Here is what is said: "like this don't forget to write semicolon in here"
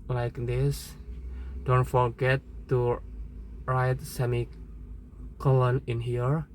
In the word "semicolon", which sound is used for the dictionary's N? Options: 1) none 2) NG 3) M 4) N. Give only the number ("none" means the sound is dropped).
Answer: 4